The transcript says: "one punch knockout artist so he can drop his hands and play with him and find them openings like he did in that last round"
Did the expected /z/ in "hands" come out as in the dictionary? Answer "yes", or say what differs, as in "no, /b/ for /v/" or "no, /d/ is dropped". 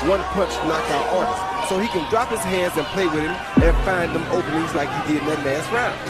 yes